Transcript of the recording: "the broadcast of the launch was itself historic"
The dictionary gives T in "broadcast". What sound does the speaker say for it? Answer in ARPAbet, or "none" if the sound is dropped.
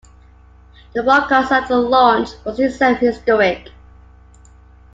none